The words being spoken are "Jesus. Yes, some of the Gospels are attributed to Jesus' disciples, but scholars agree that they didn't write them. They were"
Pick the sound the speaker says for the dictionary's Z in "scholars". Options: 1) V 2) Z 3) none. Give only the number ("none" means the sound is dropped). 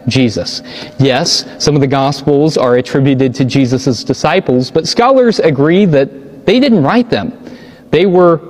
2